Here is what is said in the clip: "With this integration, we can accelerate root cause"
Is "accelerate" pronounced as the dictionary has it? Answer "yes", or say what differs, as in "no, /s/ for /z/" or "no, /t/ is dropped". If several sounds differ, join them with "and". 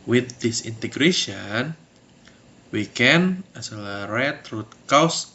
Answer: no, /k/ is dropped